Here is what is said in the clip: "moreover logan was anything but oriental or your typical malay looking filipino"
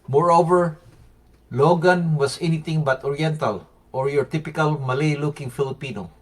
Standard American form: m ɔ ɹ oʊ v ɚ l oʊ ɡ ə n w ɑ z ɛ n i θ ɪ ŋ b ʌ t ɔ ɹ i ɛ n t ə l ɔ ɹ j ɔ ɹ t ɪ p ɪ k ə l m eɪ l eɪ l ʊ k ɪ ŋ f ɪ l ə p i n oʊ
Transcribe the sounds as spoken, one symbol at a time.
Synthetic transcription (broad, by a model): m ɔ ɹ oʊ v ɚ l oʊ ɡ ə n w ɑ s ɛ n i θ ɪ ŋ b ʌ t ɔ ɹ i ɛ n t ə l ɔ ɹ j ɔ ɹ t ɪ p ɪ k ə l m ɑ l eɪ l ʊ k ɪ ŋ f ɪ l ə p i n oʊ